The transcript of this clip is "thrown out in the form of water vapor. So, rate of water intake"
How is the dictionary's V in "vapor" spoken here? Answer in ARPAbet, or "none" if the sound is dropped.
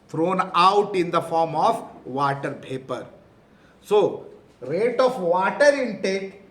B